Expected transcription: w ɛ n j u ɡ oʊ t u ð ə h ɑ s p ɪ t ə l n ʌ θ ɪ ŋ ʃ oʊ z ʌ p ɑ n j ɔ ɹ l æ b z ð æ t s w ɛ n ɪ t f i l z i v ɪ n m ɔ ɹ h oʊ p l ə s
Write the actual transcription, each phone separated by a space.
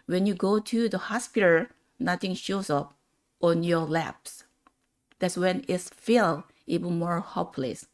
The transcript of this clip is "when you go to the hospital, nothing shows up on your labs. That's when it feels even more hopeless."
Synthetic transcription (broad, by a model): w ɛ n j u ɡ oʊ t u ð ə h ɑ s p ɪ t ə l n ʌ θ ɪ ŋ ʃ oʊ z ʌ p ɑ n j ɔ ɹ l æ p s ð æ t s w ɛ n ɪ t f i l i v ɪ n m ɔ ɹ h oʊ p l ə s